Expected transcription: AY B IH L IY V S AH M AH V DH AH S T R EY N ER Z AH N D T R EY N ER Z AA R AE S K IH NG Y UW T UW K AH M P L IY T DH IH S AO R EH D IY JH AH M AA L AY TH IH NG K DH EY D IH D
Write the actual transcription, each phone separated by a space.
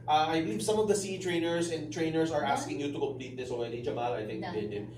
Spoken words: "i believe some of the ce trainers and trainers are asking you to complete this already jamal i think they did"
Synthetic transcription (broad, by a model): AY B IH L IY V S AH M AH V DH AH S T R EY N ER S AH N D T R EY N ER S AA R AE S K IH NG Y UW T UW K AH M P L IY T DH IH S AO EH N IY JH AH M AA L AY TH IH NG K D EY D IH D